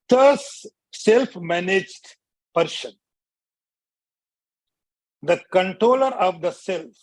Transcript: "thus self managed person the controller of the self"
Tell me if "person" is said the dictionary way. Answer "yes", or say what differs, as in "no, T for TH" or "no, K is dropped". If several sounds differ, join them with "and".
no, SH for S